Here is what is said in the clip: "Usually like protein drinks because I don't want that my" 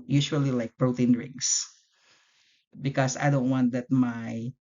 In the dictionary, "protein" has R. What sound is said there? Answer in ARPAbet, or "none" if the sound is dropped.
R